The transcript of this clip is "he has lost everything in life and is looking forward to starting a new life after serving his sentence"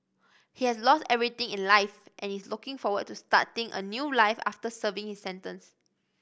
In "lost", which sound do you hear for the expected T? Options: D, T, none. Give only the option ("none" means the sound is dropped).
T